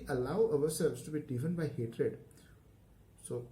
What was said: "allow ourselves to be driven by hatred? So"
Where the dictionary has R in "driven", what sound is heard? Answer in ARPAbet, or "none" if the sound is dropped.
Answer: none